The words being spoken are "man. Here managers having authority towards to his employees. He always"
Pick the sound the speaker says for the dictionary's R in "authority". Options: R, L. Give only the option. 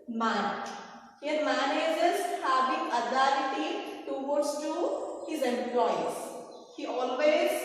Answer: L